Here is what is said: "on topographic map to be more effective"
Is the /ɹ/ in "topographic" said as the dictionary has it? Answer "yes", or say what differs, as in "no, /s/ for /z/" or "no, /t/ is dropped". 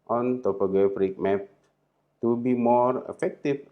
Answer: no, /ɹ/ is dropped